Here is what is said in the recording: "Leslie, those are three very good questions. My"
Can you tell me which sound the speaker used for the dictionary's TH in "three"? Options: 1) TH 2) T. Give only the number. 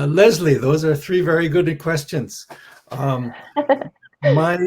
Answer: 1